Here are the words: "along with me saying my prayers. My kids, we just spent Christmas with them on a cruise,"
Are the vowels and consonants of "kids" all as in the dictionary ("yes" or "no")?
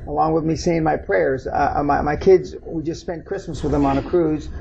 yes